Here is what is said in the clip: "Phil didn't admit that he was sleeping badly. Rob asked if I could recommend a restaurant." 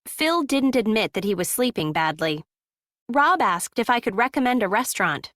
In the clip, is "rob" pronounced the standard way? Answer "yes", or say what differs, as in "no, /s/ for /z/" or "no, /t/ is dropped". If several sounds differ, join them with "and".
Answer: yes